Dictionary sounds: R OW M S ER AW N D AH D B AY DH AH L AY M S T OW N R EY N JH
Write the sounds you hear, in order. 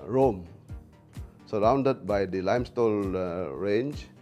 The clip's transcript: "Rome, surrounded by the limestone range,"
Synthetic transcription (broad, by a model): R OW M S ER AW N D AH D B AY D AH L AY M S T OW L R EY N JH